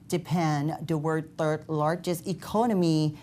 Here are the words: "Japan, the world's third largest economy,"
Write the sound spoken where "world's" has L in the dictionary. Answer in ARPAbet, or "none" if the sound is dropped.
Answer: none